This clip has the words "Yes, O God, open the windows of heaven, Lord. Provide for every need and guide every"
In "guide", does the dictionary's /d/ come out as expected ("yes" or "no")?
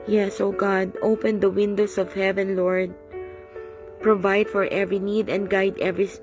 yes